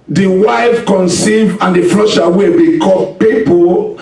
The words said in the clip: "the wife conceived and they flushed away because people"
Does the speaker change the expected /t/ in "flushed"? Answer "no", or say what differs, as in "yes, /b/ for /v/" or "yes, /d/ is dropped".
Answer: yes, /t/ is dropped